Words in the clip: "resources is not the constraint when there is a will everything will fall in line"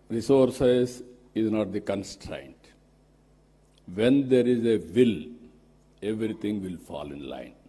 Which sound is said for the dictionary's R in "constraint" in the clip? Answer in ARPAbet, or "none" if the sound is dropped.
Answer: R